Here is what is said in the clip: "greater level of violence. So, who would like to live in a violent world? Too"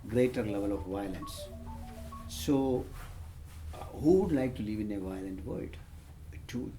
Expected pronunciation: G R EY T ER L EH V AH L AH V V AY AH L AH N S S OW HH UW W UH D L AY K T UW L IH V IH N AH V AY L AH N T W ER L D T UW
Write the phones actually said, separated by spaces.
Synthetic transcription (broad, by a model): G R EY T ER L EH V AH L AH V V AY AH L AH N S S OW HH UW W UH D L AY K T UW L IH V IH N AH V AY L AH N T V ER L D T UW